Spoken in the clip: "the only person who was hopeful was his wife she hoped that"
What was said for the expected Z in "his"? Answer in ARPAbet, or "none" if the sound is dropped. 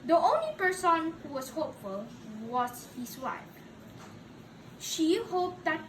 S